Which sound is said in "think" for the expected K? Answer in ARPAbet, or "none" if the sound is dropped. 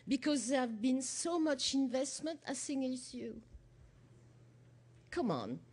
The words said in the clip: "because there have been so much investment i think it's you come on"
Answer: none